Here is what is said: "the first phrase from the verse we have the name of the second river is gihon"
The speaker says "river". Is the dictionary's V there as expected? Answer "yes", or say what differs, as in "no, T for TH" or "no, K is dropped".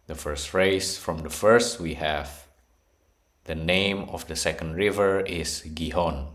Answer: yes